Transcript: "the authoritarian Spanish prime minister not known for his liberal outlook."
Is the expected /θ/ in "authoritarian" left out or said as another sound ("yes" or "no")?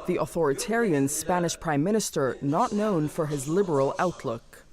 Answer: no